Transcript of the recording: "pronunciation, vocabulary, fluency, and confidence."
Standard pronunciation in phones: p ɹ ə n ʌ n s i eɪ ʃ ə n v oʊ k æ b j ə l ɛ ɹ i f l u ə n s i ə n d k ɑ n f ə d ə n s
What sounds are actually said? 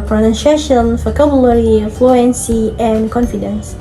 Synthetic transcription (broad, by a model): p ɹ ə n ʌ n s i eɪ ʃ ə n f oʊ k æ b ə l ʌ ɹ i f l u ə n s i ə n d k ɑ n f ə d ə n s